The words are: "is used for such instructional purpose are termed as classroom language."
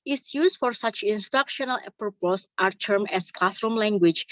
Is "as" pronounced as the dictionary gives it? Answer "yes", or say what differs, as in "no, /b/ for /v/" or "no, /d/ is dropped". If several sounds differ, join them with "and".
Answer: no, /s/ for /z/